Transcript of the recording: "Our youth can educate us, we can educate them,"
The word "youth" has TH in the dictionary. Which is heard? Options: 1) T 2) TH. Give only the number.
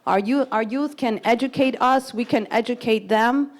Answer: 2